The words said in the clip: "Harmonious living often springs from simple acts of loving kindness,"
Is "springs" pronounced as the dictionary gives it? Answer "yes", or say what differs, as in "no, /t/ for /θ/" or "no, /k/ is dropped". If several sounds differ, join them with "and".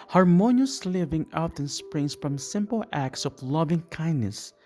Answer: no, /s/ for /z/